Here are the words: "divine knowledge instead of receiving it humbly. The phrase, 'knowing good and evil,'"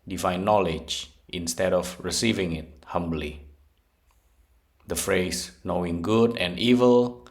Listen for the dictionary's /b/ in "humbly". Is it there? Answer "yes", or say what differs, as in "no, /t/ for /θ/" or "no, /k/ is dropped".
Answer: yes